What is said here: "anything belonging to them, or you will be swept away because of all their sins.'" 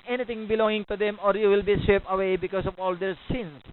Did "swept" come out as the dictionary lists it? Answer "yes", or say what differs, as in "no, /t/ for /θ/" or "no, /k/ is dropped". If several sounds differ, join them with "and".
no, /t/ is dropped